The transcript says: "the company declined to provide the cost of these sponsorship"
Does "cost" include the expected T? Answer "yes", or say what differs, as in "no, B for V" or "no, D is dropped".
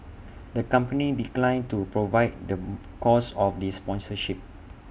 no, T is dropped